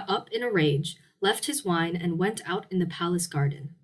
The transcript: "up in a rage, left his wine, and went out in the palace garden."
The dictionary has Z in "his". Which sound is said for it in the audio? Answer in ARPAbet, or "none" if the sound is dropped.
Z